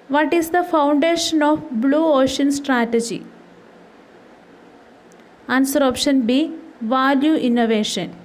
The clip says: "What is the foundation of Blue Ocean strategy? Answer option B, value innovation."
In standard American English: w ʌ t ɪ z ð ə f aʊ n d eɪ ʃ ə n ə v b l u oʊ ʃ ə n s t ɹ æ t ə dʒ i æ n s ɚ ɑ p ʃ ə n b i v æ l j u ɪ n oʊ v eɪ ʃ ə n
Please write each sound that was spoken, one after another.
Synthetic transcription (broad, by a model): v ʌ t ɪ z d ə f aʊ n d eɪ ʃ ə n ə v b l u oʊ ʃ ə n s t ɹ æ t ə dʒ i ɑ n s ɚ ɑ p ʃ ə n b i v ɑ l j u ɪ n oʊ v eɪ ʃ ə n